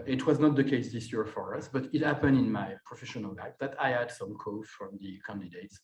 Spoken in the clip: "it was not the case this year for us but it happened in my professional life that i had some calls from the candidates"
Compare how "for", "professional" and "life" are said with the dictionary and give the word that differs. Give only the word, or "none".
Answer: life